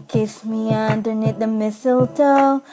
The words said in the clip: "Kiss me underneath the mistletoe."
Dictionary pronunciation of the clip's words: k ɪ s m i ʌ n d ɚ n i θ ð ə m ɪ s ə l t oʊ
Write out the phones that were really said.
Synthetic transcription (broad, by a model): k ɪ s m i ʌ n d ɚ n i t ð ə m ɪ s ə l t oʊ